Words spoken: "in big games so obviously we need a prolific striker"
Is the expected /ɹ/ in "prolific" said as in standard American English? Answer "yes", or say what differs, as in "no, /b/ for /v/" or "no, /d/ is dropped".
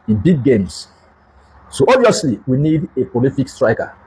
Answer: no, /ɹ/ is dropped